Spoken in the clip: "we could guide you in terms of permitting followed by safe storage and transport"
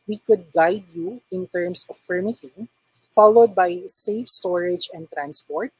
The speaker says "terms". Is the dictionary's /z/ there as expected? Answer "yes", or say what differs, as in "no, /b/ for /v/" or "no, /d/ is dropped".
no, /s/ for /z/